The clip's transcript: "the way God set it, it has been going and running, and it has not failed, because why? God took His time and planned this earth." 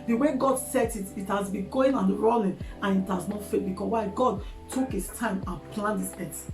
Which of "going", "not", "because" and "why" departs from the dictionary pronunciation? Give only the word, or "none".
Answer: because